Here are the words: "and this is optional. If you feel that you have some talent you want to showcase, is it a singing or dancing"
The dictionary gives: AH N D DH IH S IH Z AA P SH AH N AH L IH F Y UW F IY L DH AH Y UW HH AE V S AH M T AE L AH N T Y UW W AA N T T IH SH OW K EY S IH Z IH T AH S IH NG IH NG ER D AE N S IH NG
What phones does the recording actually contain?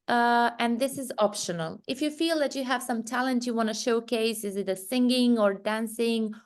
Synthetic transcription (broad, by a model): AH N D DH IH S IH Z AA P SH AH N AH L IH F Y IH F IY L DH AH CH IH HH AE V S AH M T AE L AH N T Y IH W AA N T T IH SH OW K EY S IH Z IH T AH S IH NG IH NG ER D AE N S IH NG